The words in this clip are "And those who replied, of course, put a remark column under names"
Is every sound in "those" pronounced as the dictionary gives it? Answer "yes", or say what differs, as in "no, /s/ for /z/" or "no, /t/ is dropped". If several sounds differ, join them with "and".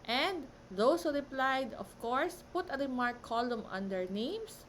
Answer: no, /s/ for /z/